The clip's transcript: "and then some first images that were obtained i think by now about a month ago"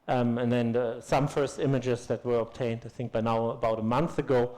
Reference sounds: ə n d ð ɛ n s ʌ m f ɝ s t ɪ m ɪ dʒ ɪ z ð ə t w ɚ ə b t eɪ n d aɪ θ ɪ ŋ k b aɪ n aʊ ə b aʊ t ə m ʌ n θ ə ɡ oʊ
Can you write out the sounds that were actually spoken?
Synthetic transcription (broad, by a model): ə n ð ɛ n s ʌ m f ɝ s t ɪ m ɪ dʒ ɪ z ð ə t w ɚ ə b t eɪ n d aɪ θ ɪ ŋ k b aɪ n aʊ ə b aʊ t ə m ʌ n θ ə ɡ oʊ